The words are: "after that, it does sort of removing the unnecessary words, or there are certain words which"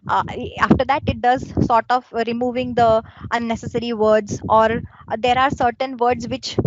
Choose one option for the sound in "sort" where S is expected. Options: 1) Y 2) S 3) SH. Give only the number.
2